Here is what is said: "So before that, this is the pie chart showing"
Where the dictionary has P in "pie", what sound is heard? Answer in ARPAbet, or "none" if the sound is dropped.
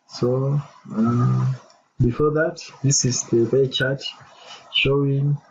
B